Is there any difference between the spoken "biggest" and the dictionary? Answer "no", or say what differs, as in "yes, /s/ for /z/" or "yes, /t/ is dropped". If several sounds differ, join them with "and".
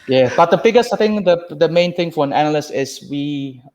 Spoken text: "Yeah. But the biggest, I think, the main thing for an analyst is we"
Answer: yes, /t/ is dropped